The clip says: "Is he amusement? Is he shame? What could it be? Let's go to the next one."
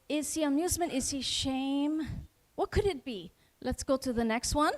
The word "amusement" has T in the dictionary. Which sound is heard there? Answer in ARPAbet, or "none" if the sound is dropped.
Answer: T